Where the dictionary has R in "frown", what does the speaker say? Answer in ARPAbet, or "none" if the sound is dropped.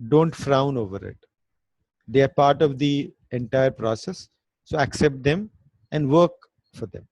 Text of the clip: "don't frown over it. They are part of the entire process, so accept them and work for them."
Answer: R